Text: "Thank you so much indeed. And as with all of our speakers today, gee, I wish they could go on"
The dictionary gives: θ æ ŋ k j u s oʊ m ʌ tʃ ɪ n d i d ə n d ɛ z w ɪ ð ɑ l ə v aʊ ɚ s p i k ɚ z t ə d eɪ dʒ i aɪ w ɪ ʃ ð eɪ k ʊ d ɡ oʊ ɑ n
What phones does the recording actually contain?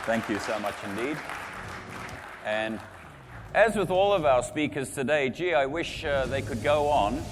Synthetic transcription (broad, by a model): θ æ ŋ k j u s oʊ m ʌ tʃ ɪ n d i d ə n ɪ z w ɪ ð ɑ l ə v aʊ ɚ s p i k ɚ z t ə d eɪ dʒ i aɪ w ɪ ʃ ð eɪ k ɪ d ɡ oʊ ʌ n